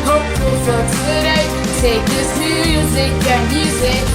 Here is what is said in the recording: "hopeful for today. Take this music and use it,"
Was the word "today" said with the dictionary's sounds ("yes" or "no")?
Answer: no